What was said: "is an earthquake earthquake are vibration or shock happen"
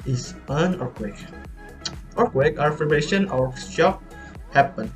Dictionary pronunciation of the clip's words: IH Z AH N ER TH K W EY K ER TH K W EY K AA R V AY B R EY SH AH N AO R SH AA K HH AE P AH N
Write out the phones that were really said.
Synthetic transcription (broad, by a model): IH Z AH N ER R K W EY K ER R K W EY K AA R F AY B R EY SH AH N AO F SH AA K HH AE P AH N